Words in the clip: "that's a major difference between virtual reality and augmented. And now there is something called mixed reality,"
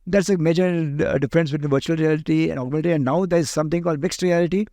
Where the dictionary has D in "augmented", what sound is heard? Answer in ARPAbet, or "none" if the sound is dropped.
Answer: none